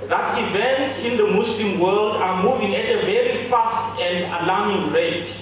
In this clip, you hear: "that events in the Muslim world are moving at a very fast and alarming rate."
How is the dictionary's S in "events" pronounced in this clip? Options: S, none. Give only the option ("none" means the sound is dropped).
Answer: S